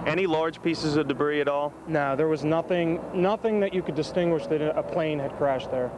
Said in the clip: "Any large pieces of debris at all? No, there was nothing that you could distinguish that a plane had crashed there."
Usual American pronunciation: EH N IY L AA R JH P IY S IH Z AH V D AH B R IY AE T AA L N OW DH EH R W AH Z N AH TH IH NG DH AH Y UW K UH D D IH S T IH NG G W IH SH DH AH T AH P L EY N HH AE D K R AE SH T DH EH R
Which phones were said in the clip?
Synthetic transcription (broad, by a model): EH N IY L AA R JH P IY S IH Z AH V D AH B R IY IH T AA L N OW DH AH R W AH Z N AH TH IH NG DH AH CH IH K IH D D IH S T IH NG G W IH SH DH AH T AH P L EY N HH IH D K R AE SH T DH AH R